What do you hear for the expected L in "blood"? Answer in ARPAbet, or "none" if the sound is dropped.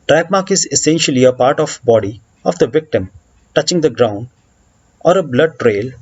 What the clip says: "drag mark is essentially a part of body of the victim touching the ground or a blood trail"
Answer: L